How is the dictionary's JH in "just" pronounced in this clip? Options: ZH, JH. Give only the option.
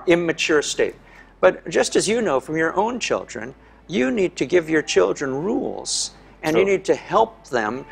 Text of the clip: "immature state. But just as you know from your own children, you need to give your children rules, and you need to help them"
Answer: ZH